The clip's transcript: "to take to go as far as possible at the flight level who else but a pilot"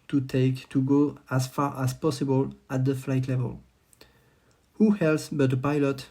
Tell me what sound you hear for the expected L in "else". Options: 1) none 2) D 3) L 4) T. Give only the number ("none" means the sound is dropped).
3